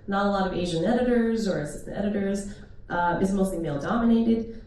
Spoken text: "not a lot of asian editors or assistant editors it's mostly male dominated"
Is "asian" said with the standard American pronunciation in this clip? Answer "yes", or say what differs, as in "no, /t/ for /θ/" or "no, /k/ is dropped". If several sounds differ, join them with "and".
yes